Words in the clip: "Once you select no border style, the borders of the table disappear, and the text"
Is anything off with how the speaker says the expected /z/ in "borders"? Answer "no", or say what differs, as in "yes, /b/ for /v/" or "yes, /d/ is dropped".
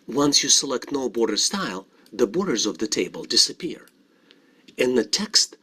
no